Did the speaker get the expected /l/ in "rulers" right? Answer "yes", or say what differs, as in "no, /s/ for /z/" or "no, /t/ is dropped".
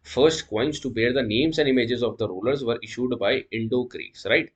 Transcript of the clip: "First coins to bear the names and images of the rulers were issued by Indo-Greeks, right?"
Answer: yes